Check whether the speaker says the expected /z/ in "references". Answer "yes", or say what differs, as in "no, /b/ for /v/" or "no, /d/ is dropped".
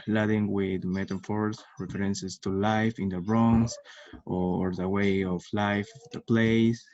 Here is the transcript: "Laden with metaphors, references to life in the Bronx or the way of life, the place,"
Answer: no, /s/ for /z/